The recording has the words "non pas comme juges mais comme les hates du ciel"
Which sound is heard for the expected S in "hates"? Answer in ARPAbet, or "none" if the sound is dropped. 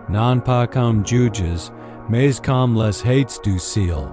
S